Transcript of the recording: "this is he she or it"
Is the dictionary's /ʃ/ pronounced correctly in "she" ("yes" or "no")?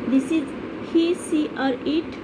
no